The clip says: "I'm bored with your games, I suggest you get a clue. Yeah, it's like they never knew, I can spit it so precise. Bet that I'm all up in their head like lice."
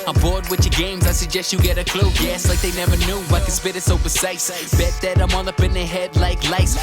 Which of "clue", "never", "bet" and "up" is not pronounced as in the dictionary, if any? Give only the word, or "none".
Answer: up